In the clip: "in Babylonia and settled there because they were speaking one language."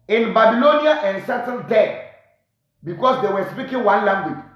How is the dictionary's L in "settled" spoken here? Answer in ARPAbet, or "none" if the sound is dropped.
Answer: N